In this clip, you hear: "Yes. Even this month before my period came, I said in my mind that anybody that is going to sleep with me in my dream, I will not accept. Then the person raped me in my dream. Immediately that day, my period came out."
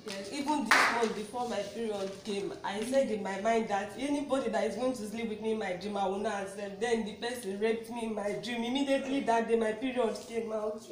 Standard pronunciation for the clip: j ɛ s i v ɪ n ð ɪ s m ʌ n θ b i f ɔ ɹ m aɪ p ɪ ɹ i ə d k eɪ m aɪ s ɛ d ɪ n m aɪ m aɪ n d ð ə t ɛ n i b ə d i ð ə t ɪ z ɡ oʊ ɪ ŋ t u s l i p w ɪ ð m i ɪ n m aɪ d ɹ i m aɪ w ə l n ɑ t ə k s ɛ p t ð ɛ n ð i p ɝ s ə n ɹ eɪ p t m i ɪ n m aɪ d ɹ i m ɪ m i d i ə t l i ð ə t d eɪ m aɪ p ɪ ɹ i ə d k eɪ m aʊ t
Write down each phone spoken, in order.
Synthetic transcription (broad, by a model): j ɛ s i v ɪ n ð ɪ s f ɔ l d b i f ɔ m aɪ p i ɹ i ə d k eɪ m aɪ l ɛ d ɪ n m aɪ m aɪ n d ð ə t ɛ n i b ə d i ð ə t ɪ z ɡ oʊ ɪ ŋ t u s l i p w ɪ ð m i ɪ n m aɪ d ɹ i m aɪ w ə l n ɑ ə s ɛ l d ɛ n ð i p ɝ s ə n ɹ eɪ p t m i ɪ n m aɪ d ɹ i m ɪ m i d i ə t l i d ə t d eɪ m aɪ p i ɹ i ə d k eɪ m aʊ t